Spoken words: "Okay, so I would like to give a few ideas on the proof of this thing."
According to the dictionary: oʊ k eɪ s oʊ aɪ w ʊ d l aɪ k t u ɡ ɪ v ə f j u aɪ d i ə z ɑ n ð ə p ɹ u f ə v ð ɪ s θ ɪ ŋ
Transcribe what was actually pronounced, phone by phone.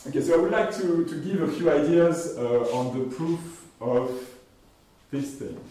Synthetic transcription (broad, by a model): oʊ k eɪ s oʊ aɪ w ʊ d l aɪ k t u ɡ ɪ v ə f j u aɪ d i ə z ɑ n ð ə p ɹ u f ə v ð ɪ s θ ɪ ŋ